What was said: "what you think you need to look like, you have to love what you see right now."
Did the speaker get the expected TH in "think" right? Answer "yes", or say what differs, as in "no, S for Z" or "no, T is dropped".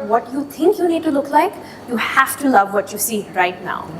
no, T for TH